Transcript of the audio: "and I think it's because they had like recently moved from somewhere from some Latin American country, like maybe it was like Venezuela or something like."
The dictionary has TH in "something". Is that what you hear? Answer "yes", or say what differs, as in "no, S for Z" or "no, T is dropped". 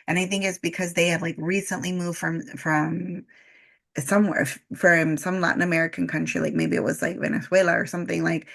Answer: yes